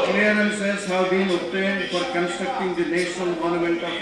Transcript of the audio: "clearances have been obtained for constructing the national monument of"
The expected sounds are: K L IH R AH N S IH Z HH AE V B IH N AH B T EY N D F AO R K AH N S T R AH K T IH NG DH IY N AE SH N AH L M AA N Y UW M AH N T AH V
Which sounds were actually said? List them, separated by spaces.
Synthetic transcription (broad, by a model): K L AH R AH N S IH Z HH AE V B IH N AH T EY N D F AO R K AH N S T R AH K T IH NG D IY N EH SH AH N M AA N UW M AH N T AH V